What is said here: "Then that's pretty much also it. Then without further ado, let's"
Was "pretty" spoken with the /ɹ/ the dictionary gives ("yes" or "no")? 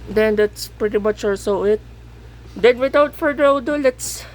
yes